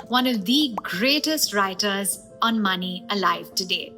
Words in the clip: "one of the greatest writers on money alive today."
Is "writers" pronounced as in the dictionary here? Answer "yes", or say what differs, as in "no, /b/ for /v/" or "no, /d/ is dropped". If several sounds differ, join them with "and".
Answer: yes